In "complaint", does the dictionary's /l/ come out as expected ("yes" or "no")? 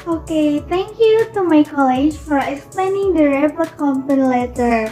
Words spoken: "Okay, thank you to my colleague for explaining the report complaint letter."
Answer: no